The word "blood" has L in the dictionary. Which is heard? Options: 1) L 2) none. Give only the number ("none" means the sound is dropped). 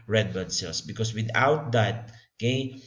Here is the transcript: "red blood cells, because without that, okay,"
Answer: 2